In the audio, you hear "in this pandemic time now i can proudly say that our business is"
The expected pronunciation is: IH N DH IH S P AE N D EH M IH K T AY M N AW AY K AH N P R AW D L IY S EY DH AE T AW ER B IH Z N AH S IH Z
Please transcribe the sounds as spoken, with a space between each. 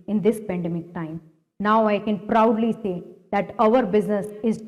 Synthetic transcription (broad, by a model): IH N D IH S P AE N D EH M IH K T AY M N AW AY K AH N P R AW D L IY S EY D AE T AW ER B IH Z N AH S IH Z